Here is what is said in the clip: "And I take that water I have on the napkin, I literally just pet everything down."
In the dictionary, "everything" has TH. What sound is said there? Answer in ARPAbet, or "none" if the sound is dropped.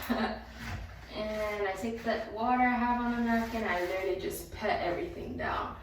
TH